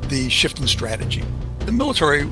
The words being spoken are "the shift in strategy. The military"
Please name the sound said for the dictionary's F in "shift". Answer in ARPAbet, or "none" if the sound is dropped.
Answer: F